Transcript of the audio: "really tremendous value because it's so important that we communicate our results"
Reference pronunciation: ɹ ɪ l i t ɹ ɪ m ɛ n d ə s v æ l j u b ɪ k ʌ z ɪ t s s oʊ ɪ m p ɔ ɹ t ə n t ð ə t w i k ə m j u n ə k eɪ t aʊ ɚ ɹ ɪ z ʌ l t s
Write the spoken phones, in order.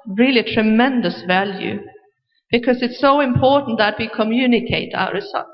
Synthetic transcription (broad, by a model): ɹ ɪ l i t ɹ ɪ m ɛ n d ə s v æ l j u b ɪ k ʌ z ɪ t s s oʊ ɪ m p ɔ ɹ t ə n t ð ə t w i k ə m j u n ə k eɪ t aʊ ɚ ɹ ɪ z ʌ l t